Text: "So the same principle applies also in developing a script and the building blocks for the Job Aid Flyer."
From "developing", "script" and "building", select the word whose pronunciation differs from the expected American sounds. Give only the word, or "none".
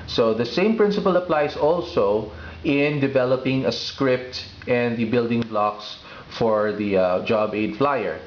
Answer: none